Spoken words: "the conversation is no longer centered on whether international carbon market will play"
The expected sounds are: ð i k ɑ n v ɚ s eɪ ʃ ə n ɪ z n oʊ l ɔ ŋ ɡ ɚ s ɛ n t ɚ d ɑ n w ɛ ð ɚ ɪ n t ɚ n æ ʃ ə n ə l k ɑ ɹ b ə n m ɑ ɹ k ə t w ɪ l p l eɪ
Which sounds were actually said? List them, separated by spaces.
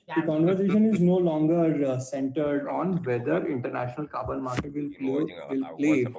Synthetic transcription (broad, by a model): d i k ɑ n v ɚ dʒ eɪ ʃ ə n ɪ z n oʊ l ɔ ŋ ɡ ɚ s ɛ n t ɚ d ɑ n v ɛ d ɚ ɪ n t ɚ n æ ʃ ə n ə l k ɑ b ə l m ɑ ɹ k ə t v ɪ l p l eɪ